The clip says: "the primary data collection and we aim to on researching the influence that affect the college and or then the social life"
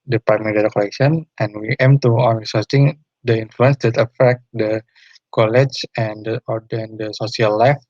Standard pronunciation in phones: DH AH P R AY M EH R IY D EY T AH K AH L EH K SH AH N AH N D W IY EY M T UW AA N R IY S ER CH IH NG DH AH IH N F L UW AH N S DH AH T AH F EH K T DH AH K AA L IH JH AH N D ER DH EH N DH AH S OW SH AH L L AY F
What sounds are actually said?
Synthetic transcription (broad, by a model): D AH P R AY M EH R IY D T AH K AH L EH K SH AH N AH N W IY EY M T UW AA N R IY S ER S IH NG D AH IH N F L UW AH N S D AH T AH F EH K T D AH K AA L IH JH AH N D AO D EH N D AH S OW S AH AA L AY F